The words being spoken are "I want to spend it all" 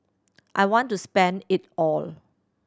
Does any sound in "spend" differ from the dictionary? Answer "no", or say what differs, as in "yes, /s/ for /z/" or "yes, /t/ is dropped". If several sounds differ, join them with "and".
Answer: no